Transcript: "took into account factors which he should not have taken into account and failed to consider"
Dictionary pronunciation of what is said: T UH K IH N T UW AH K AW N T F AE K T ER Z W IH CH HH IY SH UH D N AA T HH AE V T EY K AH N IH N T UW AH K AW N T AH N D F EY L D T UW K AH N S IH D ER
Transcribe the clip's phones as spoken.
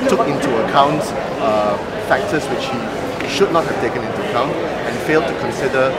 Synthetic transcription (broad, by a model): T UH K IH N T UW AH K AW N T F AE K T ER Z W IH CH HH IY SH UH D N AA T HH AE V T EY K AH N IH N T UW AH K AW N T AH N F EY L D T UW K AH N S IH D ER